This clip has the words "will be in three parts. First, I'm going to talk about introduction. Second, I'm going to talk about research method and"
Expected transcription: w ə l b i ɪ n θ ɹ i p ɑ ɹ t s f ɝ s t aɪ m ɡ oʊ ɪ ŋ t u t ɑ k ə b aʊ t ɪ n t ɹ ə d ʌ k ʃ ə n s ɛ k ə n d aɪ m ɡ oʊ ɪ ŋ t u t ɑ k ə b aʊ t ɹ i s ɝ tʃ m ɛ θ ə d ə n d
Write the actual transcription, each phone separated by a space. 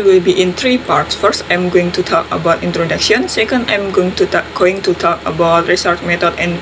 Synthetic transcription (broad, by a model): w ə l b i ɪ n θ ɹ i p ɑ ɹ t s f ɝ s t aɪ m ɡ oʊ ɪ ŋ t u t ɑ k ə b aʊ t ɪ n t ɹ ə d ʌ k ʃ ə n s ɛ k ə n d aɪ m ɡ oʊ ɪ ŋ t u t ɑ k ə b aʊ t ɹ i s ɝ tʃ m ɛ t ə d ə n